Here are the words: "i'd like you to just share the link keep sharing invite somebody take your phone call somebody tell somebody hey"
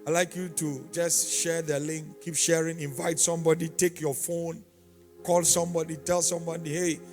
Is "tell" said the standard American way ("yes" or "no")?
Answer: yes